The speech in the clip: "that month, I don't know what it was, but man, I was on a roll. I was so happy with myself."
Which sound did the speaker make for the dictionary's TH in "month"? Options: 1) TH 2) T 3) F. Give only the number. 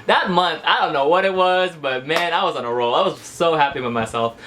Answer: 1